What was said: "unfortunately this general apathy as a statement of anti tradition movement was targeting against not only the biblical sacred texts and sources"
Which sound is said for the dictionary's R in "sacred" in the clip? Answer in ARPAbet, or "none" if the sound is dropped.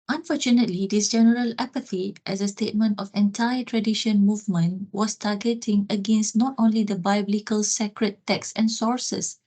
R